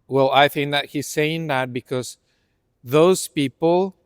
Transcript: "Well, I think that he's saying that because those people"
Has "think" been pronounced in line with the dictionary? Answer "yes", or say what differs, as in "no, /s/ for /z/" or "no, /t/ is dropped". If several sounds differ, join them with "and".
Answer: yes